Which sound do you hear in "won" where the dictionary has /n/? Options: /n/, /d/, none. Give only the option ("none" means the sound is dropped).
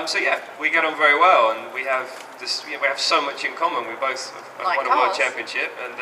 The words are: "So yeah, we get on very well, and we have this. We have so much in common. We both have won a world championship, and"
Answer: none